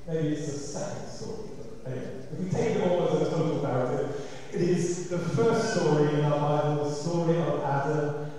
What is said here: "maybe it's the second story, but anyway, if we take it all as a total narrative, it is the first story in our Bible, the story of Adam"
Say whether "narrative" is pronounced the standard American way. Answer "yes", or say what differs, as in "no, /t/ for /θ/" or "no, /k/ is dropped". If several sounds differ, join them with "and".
no, /ɹ/ is dropped